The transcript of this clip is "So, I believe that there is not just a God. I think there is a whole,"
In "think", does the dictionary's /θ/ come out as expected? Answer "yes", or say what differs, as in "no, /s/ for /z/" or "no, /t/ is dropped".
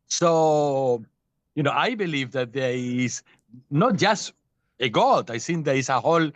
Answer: no, /s/ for /θ/